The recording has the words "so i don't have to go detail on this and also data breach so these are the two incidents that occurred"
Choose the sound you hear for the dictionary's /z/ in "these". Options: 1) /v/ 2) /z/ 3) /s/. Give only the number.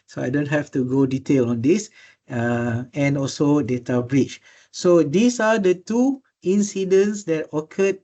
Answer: 3